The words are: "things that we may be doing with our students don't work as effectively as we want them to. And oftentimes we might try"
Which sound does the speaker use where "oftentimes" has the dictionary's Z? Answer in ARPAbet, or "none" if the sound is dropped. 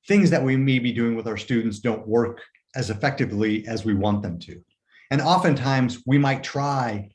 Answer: Z